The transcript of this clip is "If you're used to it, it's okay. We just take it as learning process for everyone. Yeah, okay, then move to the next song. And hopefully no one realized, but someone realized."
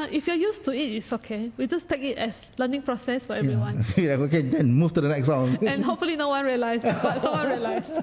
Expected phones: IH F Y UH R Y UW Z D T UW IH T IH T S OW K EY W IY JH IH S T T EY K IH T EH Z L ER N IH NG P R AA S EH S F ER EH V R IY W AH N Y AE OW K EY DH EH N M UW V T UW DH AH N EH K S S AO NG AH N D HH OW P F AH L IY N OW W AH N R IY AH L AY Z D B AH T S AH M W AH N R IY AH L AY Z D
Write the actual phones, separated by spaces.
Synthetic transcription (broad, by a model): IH F Y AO Y UW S T UW IH T IH T S OW K EY W IY JH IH S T T EY K IH T EH S L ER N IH NG P R AA S EH S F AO EH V R IY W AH N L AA OW K EY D EH N M UW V T UW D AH N EH K S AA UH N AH N HH OW P F AH L IY N OW W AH N R IY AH L AY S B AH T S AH W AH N R IY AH L AY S